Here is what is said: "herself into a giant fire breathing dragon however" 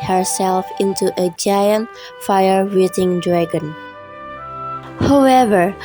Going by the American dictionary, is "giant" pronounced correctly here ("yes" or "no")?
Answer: yes